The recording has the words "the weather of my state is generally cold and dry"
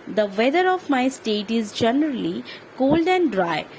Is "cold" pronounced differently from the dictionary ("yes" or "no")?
no